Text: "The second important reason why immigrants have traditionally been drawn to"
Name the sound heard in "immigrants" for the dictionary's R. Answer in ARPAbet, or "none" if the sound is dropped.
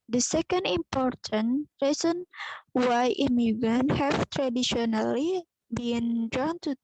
none